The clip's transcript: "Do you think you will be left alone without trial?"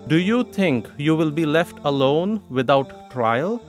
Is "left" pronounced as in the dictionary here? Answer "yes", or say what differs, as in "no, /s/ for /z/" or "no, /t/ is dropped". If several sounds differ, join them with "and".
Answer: yes